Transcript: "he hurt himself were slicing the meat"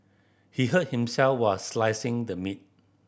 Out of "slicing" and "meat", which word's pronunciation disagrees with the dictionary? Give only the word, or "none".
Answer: none